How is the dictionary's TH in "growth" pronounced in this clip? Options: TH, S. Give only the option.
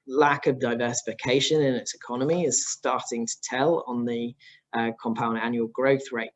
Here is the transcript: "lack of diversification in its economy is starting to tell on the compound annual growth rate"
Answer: TH